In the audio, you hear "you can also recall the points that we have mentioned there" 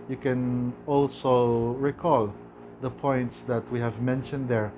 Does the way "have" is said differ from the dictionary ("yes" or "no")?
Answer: no